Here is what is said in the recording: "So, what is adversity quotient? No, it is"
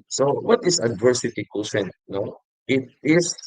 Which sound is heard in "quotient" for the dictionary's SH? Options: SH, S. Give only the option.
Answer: S